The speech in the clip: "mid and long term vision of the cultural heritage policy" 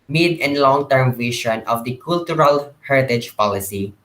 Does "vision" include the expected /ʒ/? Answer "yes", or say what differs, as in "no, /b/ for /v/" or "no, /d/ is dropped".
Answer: no, /ʃ/ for /ʒ/